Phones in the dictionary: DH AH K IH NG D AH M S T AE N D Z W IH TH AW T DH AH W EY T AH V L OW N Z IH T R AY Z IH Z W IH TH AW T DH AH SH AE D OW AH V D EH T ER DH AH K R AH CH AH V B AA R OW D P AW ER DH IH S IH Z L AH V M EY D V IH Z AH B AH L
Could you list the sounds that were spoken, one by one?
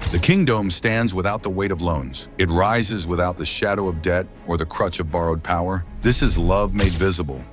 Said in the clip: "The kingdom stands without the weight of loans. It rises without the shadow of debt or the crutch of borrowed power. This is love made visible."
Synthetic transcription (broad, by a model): DH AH K IH NG D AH M S T AE N D Z W IH TH AW T DH AH W EY T AH V L OW N Z IH T R AY Z IH Z W IH TH AW T DH AH SH AE D OW AH V D EH T ER DH AH K R AH CH AH V B AA R OW D P AW ER DH IH S IH Z L AH V M EY D V IH Z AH B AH L